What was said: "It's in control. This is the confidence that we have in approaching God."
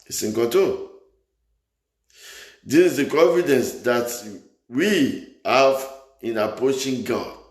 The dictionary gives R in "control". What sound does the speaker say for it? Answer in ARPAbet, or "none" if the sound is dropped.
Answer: none